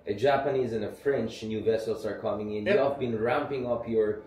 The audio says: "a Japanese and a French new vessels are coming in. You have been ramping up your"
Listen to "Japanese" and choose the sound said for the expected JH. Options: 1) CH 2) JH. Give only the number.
2